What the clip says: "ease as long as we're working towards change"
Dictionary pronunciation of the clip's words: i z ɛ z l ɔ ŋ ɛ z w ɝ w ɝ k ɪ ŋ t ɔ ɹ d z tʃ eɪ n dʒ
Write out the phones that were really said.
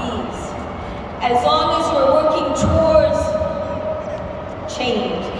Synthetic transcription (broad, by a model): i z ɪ z l ɔ ŋ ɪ z w ɝ w ɝ k ɪ ŋ t ɔ ɹ d z tʃ eɪ n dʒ